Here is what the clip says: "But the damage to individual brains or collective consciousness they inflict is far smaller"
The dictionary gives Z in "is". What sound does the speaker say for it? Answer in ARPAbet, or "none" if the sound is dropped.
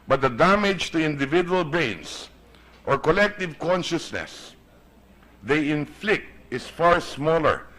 S